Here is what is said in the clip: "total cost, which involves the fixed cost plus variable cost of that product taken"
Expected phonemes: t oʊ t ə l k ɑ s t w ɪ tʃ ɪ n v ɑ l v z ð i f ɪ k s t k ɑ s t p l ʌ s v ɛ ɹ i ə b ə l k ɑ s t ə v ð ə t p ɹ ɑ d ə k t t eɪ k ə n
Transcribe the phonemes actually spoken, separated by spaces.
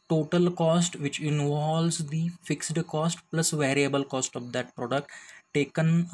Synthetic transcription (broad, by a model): t oʊ t ə l k ɑ s t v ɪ tʃ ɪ n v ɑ l z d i f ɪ k s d k ɑ s t p l ʌ s v ɛ ɹ i ə b ə l k ɑ s t ə v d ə t p ɹ ɑ d ə k t t eɪ k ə n